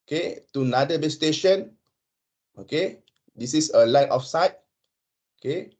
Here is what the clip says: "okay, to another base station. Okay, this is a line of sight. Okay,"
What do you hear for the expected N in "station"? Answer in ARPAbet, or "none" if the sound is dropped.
N